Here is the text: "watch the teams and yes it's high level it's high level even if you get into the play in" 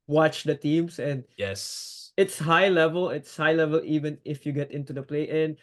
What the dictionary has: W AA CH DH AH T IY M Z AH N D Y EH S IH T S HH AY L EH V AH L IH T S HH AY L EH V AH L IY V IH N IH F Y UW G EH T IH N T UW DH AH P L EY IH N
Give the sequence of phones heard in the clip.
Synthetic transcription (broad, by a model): W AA CH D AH T IY M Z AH N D Y EH S IH T S HH AY L EH V AH L IH T S HH AY L EH V AH L IY V IH N IH F Y UW G EH T IH N T UW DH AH P L EY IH N